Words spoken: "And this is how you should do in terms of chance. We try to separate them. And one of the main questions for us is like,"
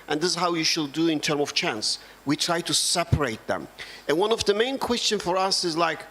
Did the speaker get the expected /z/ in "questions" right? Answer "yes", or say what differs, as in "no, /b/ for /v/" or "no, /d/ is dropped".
no, /z/ is dropped